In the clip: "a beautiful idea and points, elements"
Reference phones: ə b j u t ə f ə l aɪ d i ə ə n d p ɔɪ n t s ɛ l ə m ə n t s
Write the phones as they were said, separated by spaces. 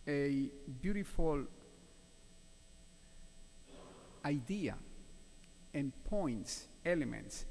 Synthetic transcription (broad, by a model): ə b j u t ə f ə l aɪ d i ə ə n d p ɔɪ n t s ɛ l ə m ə n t s